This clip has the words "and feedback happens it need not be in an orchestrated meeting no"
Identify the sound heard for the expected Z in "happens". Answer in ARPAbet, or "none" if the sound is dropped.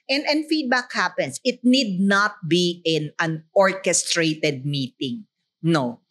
S